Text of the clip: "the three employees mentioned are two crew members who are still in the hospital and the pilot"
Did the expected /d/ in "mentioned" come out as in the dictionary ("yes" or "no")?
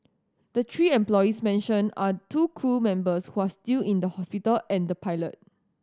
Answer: no